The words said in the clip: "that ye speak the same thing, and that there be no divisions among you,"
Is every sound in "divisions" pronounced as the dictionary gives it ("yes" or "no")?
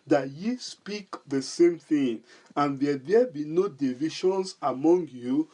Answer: no